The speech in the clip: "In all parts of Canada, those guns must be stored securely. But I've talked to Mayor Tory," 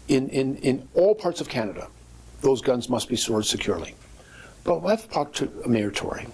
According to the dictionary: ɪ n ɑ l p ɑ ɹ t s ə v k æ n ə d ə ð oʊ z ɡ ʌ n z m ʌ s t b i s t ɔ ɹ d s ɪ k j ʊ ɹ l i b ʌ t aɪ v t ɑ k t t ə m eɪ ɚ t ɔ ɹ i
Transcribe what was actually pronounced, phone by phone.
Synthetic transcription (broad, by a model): ɪ n ɑ l p ɑ ɹ t s ə v k æ n ə d ə ð oʊ z ɡ ʌ n z m ʌ s t b i s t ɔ ɹ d s ɪ k j ʊ ɹ l i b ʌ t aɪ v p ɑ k t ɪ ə m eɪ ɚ t ɔ ɹ i